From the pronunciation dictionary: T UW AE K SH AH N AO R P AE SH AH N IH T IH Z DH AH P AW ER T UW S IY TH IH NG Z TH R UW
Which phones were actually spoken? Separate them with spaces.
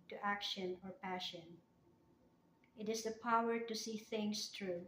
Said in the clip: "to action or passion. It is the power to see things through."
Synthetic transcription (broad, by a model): T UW AE K SH AH N AO R P AE SH AH N IH T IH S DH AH P AW ER T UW S IY TH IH NG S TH R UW